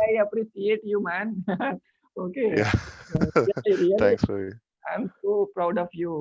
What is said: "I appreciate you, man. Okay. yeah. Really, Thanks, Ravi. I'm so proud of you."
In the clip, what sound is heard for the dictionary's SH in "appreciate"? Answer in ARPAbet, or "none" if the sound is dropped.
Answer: S